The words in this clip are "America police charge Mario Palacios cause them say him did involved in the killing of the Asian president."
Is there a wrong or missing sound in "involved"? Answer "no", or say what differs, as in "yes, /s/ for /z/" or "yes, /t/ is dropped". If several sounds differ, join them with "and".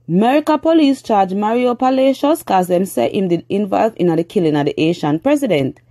yes, /d/ is dropped